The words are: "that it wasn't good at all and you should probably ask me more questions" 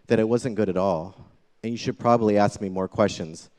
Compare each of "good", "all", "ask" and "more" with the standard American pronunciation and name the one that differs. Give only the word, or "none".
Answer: none